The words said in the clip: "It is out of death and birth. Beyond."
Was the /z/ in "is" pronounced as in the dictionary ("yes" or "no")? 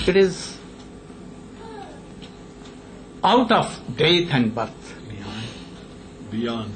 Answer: yes